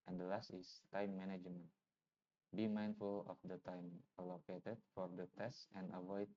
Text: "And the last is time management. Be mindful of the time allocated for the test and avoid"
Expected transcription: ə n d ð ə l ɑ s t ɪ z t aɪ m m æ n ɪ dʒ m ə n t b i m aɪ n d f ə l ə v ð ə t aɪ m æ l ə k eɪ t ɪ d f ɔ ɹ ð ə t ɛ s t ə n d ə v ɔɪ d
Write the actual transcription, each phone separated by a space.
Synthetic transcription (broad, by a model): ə n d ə l ɑ s t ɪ s t aɪ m m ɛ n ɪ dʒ m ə n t b i m aɪ n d f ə l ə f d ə t aɪ m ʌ l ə k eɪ t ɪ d f ɔ ɹ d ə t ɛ s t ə n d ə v ɔɪ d